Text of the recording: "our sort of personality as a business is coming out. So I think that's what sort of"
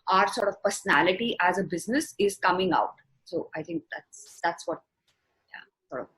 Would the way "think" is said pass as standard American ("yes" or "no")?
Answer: no